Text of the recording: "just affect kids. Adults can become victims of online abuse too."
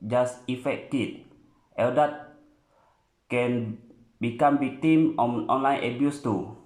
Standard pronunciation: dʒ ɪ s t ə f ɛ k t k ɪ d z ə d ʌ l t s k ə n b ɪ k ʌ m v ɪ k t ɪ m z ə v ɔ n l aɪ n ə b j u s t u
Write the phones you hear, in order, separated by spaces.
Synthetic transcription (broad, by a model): dʒ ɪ s ə f ɛ k t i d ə d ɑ t k ə n b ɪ k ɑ m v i k t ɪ m ə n ɔ n l aɪ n ə b j u s t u